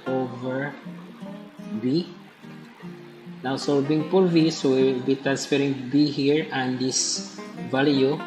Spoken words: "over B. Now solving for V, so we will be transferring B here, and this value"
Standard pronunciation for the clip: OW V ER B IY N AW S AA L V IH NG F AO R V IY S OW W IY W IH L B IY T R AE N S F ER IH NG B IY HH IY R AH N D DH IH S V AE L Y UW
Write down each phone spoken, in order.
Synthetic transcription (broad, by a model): OW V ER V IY N AW S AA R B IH NG P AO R V IY S OW W IY W IH L B IY T R AE N S F ER IH NG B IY HH IY R AH N D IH S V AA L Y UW